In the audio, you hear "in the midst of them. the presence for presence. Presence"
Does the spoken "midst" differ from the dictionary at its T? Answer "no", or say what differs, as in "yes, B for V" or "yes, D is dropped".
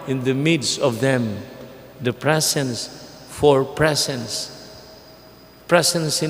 no